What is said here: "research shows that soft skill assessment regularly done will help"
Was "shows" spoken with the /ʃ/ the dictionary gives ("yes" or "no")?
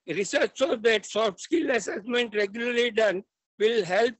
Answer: no